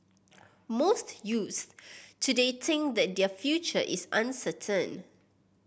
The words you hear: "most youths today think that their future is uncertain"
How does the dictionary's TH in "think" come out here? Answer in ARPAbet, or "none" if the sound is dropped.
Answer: T